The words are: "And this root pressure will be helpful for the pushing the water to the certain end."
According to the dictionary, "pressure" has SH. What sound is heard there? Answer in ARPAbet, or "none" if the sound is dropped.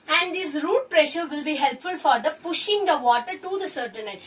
SH